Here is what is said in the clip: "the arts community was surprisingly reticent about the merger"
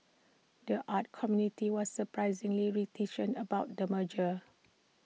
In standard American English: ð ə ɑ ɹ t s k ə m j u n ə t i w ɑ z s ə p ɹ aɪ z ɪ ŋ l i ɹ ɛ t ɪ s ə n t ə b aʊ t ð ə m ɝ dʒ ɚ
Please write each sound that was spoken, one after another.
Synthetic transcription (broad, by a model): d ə ɑ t k ə m j u n ə t i w ɑ s ə p ɹ aɪ z ɪ ŋ l i ɹ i t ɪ ʃ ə n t ə b aʊ t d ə m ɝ dʒ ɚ